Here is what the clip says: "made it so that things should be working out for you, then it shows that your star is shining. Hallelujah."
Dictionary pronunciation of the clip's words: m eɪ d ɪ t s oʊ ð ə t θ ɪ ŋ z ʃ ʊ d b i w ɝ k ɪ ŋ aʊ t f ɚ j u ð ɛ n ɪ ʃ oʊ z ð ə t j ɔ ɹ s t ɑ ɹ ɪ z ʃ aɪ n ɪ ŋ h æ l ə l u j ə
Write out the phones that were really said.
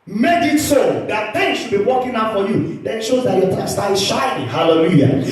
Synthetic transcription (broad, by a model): m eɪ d ɪ t s oʊ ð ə t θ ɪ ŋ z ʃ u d b i w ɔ k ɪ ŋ aʊ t f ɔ j u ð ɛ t ʃ oʊ z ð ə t j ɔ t s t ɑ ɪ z ʃ aɪ ɪ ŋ h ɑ l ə l u j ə